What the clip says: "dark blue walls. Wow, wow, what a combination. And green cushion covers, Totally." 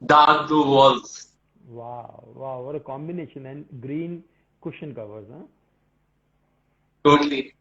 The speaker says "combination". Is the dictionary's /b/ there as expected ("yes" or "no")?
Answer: yes